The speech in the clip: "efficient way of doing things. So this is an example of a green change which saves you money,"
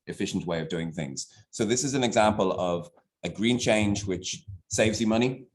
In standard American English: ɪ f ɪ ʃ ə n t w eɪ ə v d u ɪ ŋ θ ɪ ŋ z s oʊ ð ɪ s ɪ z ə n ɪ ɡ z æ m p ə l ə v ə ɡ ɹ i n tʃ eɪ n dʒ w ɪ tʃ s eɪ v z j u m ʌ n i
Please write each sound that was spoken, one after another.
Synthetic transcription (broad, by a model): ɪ f ɪ ʃ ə n t w eɪ ə v d u ɪ ŋ θ ɪ ŋ z s oʊ ð ɪ s ɪ z ə n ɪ ɡ z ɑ m p ə l ə v ə ɡ ɹ i n tʃ eɪ n dʒ w ɪ tʃ s eɪ v z j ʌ m ʌ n i